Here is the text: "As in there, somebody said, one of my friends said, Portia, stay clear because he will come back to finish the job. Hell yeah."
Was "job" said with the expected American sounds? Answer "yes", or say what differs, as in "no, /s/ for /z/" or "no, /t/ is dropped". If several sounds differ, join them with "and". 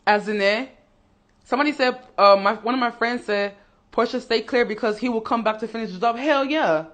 no, /z/ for /dʒ/